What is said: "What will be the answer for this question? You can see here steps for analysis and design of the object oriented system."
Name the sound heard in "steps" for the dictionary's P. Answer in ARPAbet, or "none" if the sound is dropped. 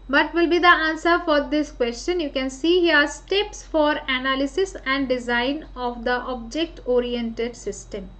P